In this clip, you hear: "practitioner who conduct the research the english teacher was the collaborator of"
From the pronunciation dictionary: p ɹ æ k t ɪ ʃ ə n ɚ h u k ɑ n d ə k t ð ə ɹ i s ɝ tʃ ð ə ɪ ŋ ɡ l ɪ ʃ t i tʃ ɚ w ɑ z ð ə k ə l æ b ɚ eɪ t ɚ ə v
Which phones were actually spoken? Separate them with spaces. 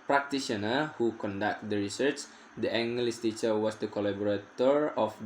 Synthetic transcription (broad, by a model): p ɹ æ k t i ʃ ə n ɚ h u k ɑ n d ə k t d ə ɹ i s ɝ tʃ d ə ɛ ŋ ɡ l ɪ s t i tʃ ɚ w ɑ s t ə k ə l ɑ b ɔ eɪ t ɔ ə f